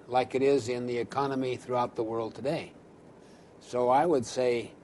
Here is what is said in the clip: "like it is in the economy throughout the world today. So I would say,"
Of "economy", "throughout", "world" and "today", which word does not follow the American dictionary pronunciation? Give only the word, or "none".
none